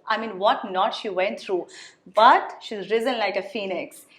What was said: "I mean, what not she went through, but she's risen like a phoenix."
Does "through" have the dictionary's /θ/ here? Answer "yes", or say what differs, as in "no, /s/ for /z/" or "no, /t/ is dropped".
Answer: no, /t/ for /θ/